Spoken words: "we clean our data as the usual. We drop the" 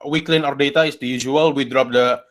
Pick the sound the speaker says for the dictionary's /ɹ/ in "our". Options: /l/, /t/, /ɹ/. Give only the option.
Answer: /ɹ/